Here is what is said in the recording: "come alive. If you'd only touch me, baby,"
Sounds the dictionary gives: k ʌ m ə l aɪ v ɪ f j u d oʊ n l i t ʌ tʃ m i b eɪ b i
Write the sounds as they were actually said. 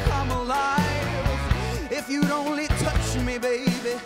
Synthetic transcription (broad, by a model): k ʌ m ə l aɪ ɪ f j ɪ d oʊ n l i t ʌ tʃ m i b eɪ b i